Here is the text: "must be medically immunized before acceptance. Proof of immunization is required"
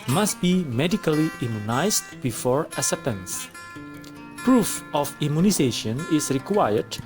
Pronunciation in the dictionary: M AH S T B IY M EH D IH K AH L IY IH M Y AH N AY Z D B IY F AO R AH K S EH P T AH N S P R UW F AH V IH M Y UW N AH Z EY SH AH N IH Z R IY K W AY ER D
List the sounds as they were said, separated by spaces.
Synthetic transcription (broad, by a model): M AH S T B IY M EH D IH K AH L IY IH M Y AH N AY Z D B IY F AO R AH S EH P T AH N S P R UW F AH F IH M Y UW N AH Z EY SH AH N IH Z R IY K W AY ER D